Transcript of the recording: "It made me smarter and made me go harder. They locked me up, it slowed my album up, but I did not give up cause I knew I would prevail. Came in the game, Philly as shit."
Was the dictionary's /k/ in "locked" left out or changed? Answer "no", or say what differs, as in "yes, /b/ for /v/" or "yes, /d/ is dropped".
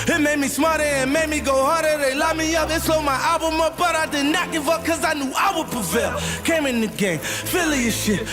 yes, /k/ is dropped